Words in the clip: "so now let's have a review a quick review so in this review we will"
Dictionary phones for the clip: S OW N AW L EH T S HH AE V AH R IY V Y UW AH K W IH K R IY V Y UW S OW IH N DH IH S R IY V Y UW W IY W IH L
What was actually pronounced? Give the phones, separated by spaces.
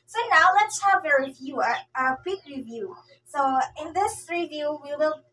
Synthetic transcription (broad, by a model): S OW N AW L EH T S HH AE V AH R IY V Y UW AH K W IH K R IY V Y UW S OW IH N DH IH S R IY V Y UW W IY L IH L